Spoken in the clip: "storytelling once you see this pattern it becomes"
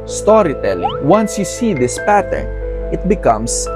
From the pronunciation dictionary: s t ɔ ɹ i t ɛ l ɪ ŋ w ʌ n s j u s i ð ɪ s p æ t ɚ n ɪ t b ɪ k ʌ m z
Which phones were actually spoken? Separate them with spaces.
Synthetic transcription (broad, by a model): s t ɔ ɹ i t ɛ l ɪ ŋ w ʌ n s j u s i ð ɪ s p æ t ɚ n ɪ t b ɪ k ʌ m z